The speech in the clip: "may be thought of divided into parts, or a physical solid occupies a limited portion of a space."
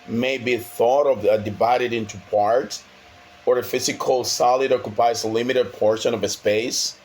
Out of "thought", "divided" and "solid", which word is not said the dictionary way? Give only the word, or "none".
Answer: none